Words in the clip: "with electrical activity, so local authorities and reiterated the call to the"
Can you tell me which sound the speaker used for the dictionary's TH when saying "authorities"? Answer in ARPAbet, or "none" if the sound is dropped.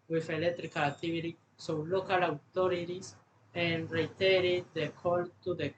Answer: T